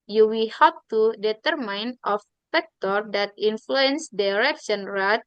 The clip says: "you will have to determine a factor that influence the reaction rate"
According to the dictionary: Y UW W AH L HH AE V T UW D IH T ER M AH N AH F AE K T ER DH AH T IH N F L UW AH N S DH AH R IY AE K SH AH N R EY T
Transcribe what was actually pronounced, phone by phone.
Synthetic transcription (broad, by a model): Y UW W AH L HH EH P T UW D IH T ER M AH N AH F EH K T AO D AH T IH N F L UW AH N S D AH R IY K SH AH N R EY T